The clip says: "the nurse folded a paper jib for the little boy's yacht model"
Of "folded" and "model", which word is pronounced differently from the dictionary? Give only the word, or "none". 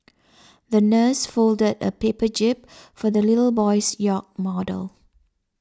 none